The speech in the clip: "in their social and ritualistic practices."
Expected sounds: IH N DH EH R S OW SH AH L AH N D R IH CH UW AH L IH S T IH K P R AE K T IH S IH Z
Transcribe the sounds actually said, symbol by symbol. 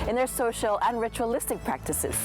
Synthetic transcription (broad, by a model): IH N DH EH R S OW SH AH L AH N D R IH CH UW AH L IH S T IH K P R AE K T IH S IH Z